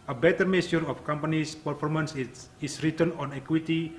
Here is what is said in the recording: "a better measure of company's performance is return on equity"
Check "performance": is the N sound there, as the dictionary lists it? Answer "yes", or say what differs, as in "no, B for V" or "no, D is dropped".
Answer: yes